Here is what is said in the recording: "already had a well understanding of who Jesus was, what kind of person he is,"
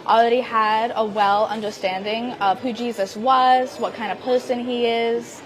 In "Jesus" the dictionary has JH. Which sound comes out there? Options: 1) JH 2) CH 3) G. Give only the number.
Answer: 1